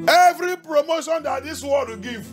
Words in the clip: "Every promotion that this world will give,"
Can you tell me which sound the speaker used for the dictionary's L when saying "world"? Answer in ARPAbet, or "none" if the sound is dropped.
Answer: none